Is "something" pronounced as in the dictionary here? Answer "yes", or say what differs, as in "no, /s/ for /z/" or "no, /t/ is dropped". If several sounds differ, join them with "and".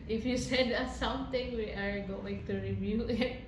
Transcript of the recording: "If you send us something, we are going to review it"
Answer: no, /t/ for /θ/